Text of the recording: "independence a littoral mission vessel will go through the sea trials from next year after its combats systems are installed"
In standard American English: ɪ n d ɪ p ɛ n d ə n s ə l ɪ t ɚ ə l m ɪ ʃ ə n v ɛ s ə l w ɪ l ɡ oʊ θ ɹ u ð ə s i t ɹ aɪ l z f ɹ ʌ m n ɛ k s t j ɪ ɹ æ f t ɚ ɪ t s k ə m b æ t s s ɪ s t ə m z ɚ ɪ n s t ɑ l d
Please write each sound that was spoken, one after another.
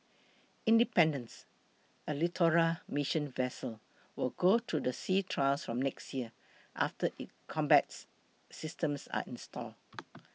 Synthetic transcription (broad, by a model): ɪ n d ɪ p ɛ n d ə n s ə l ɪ t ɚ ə m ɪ ʃ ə n v ɛ s ə l w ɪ l ɡ oʊ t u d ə s i t ɹ aɪ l s f ɹ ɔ m n ɛ k s t j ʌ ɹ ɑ f t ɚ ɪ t k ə m b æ t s s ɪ s t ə m s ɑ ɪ n s t ɑ l